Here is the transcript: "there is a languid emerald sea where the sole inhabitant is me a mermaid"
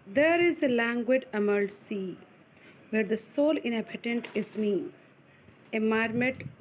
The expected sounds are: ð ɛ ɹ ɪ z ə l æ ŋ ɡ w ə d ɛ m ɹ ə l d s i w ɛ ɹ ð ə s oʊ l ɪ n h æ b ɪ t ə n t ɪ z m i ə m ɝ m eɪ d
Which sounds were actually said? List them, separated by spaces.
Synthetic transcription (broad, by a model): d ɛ ɹ ɪ z ə l æ ŋ ɡ w ə d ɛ m ə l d s i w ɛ ɹ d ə s oʊ l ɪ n h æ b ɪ t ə n t ɪ z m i ə m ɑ m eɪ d